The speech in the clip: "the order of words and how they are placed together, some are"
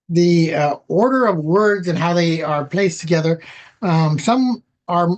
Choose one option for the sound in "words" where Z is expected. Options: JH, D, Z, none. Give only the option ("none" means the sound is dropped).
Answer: Z